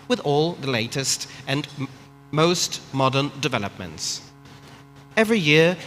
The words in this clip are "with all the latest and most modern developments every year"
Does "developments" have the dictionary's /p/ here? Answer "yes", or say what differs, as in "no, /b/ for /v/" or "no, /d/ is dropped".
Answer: yes